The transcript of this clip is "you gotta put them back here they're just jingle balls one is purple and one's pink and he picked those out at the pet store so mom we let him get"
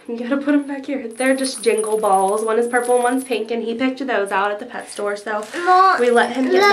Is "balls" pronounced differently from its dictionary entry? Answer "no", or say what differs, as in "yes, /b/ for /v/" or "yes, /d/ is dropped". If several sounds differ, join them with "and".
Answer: no